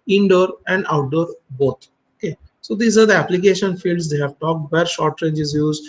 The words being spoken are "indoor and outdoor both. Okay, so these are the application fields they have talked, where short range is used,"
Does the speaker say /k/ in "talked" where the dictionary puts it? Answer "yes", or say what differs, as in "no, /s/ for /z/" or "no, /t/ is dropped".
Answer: yes